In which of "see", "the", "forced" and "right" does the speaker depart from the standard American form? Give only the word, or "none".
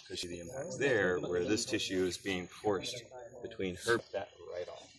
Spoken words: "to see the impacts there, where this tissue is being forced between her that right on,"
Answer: see